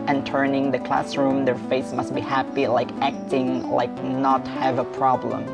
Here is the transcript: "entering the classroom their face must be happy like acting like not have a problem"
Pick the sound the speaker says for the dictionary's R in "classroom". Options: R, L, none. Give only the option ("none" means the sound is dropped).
R